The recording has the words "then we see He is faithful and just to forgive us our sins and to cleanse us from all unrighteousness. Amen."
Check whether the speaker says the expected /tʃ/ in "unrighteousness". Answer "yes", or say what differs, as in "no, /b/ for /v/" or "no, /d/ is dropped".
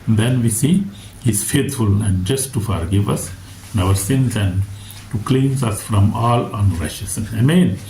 no, /ʃ/ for /tʃ/